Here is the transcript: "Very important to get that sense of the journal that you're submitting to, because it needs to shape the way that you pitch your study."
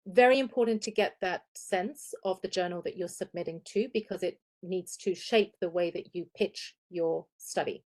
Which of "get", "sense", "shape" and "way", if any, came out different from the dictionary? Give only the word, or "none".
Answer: none